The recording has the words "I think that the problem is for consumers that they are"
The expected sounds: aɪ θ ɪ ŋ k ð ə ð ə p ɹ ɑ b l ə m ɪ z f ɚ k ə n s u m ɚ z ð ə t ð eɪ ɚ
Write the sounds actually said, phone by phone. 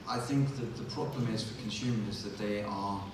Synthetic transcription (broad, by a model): aɪ θ ɪ ŋ k ð ə ð ə p ɹ ɑ b l ə m ɪ z f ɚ k ə n s u m ɚ z ð ə t ð eɪ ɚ